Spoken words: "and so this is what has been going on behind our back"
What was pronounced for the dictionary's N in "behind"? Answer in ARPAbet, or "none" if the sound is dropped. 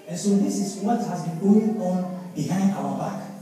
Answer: N